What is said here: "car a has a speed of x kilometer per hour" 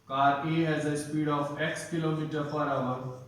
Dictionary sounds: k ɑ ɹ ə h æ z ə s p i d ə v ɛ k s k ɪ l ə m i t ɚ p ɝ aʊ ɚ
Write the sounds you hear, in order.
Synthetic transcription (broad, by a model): k ɑ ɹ ə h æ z ə s p i d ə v ɛ k s k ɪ l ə m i t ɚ f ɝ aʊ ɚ